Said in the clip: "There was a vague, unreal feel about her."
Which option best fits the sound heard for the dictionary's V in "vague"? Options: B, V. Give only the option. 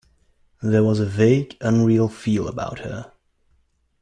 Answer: V